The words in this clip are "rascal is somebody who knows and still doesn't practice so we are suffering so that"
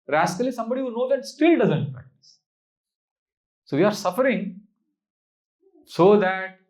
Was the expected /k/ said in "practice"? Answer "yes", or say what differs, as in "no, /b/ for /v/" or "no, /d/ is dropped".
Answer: no, /k/ is dropped